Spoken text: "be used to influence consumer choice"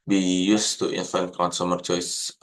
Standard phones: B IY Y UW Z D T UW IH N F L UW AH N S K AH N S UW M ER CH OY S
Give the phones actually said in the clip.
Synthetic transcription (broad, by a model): B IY Y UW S T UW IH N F UW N K AH N S UW M ER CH OY S